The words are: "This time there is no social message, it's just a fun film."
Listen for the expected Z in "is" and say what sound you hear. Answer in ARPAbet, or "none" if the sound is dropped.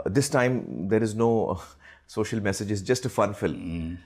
Z